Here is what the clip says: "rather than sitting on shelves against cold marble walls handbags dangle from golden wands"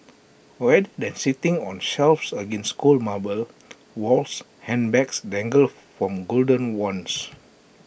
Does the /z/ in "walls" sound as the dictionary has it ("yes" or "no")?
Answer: no